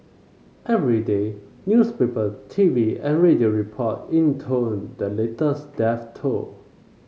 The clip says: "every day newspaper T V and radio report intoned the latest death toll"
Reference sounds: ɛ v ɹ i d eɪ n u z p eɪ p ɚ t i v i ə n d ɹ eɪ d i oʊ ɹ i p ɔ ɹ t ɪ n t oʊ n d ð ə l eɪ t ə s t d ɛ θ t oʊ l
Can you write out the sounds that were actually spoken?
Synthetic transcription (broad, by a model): ɛ v ɹ i d eɪ n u s p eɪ p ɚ t i v i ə n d ɹ eɪ d i oʊ ɹ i p ɔ t ɪ n t oʊ n d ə l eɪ t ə s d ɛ f t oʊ